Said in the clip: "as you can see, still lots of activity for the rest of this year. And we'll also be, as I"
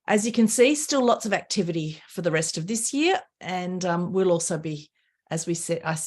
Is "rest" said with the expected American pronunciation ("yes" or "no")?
yes